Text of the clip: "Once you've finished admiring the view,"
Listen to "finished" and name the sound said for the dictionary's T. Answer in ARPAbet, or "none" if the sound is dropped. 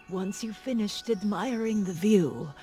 T